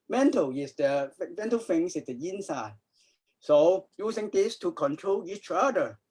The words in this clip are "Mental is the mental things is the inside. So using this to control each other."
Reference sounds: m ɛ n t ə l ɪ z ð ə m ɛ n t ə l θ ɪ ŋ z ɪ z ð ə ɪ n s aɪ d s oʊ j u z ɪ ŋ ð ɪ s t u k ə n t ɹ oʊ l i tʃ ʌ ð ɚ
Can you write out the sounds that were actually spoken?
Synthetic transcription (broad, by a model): m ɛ n t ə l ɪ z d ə m ɛ n t ə l f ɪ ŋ s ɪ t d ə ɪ n s aɪ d s oʊ j u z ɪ ŋ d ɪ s t u k ə n t ɹ oʊ l i tʃ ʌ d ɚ